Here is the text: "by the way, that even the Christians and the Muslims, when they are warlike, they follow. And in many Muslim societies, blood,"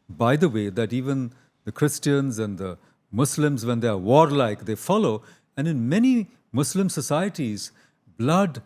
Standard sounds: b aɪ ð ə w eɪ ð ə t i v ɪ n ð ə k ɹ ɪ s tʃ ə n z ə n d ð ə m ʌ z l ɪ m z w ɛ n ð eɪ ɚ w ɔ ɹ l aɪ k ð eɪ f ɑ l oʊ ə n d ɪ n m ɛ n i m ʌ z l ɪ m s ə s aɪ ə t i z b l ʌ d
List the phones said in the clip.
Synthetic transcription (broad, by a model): b aɪ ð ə w eɪ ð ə t i v ɪ n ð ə k ɹ ɪ s tʃ ə n z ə n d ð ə m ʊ s l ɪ m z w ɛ n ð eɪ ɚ w ɔ ɹ l aɪ k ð eɪ f ɑ l oʊ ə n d ɪ n m ɛ n i m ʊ s l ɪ m s ə s aɪ ə t i z b l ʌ d